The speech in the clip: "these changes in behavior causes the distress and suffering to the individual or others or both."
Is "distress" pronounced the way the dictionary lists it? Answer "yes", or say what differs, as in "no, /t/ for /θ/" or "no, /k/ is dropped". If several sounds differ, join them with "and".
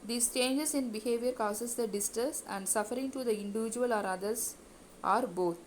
no, /ɹ/ is dropped